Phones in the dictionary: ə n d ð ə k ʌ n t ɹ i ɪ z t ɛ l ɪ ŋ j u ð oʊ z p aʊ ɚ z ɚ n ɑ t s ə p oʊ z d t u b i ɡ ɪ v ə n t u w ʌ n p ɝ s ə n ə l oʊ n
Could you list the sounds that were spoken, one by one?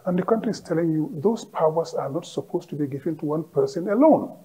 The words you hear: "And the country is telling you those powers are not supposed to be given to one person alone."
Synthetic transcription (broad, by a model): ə n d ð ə k ʌ n t ɹ i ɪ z t ɛ l ɪ ŋ j u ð oʊ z p aʊ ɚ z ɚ n ɑ t s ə p oʊ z t u b i ɡ ɪ v ə n t u w ʌ n p ɝ s ə n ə l oʊ n